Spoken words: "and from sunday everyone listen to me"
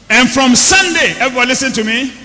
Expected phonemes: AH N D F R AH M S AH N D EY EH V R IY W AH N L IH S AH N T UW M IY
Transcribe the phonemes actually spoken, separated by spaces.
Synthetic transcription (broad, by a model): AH N F R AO M S AH N D EY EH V IY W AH L IH S AH N T UW M IY